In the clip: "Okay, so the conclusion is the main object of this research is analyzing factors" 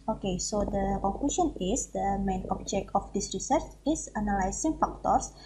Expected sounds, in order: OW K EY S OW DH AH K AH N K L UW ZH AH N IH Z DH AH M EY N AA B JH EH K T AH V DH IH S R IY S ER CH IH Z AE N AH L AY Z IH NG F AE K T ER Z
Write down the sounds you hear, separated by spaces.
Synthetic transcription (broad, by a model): OW K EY S OW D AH K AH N K L UW SH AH N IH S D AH M EY N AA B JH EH K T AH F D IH S R IY S ER CH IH S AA N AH L AY S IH NG F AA K T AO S